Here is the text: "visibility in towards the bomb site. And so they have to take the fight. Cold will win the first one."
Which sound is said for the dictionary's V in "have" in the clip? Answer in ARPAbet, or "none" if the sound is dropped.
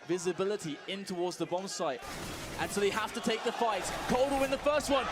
F